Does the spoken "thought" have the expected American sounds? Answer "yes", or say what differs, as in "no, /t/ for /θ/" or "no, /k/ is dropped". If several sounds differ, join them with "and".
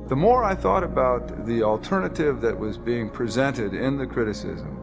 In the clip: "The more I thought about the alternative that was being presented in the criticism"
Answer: yes